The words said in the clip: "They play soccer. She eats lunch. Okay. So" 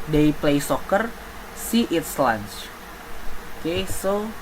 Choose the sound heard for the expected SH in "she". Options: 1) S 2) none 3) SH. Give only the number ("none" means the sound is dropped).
1